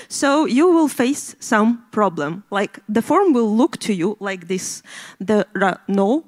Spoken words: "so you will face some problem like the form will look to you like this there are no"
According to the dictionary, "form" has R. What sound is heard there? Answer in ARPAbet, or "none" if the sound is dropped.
R